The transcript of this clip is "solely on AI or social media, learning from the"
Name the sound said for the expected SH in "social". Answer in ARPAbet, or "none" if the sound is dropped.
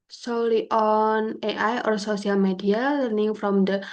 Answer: S